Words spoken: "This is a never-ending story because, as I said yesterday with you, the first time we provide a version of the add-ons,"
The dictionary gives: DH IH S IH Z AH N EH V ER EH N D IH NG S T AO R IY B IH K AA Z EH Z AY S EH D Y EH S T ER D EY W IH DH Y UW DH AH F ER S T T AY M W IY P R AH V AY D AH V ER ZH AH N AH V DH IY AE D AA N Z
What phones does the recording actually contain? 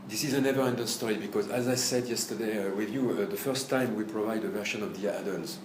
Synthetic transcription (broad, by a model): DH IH S IH Z AH N EH V ER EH N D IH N S T AO R IY B IH K AA Z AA Z AY S EH D Y EH S T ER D EY W IH DH Y UW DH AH F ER S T T AY M W IY P R AH V AY D AH V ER SH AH N AH V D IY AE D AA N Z